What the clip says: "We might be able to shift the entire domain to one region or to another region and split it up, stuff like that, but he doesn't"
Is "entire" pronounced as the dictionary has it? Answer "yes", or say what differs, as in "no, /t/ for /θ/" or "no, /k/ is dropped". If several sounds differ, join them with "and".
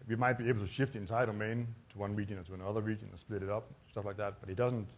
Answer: no, /n/ is dropped